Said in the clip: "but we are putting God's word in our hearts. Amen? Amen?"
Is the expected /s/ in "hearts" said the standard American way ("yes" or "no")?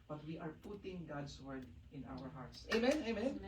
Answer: yes